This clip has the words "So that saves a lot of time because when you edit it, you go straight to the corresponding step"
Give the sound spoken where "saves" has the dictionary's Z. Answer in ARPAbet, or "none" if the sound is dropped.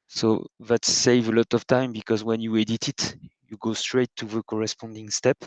none